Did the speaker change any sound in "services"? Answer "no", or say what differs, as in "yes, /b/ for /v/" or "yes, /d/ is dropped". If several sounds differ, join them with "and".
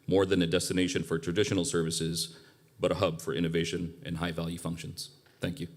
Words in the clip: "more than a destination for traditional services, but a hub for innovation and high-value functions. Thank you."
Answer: no